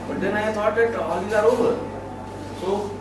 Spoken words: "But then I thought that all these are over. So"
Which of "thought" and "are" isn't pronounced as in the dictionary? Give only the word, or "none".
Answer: thought